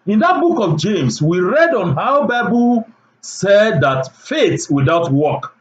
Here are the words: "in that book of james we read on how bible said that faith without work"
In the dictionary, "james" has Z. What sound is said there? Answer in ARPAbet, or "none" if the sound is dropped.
S